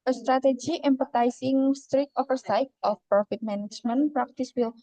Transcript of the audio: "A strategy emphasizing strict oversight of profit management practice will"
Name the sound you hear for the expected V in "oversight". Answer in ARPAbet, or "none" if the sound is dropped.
F